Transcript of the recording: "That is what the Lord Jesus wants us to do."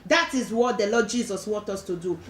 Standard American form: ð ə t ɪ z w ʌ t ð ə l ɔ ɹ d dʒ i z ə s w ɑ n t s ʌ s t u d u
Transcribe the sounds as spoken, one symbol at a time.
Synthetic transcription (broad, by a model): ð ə t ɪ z w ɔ t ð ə l ɔ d dʒ i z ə s w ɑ n t ɔ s t u d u